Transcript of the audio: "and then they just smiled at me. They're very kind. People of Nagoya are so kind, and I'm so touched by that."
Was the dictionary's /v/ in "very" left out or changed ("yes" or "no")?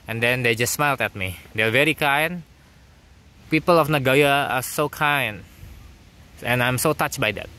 no